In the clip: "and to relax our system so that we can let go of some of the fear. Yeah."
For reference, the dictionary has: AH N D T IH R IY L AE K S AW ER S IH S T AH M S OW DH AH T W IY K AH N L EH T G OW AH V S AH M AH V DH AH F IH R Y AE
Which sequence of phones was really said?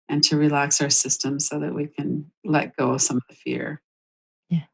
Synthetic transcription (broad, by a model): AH N T IH R IY L AE K S AW ER S IH S T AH M S OW DH AH T W IY K AH N L EH T G OW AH S AH M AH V DH AH F IH R Y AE